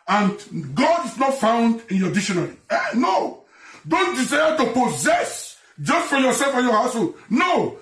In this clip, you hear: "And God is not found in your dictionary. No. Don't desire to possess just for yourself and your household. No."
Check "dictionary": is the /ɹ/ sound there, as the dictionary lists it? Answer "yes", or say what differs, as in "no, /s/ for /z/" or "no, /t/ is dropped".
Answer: no, /l/ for /ɹ/